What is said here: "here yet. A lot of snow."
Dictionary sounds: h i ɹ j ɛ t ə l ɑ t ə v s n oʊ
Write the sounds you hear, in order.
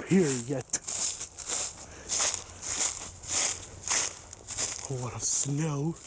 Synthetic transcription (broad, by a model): h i ɹ j ɛ t ə w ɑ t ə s n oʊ